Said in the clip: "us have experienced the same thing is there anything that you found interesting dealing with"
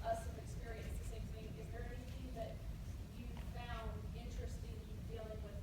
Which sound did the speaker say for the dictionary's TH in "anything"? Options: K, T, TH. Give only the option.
TH